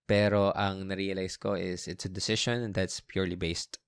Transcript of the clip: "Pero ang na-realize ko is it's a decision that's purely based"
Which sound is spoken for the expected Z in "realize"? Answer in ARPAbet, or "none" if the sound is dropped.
S